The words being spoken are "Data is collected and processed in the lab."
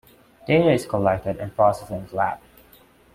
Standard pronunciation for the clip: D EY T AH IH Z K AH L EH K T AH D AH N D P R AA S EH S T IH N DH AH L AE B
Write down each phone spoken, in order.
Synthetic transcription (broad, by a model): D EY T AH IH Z K AH L EH K T AH D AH N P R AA S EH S IH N L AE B